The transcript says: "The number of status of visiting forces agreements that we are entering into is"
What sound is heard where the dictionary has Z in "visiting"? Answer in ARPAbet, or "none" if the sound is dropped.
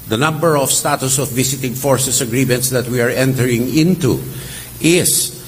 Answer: S